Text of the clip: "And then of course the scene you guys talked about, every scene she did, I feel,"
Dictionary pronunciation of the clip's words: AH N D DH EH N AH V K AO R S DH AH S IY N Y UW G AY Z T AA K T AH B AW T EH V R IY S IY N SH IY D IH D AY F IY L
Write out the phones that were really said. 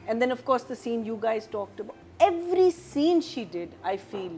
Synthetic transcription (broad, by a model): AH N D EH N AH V K AO R S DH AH S IY N Y UW G AY Z T AA K T AH B AW T EH V R IY S IY N SH IY D IH D AY F IY L